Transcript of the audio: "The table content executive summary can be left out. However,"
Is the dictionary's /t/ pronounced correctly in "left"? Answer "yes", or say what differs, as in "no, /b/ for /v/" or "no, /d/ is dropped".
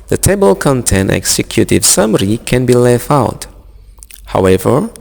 no, /t/ is dropped